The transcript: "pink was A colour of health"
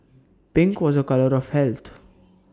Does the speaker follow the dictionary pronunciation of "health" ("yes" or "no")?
no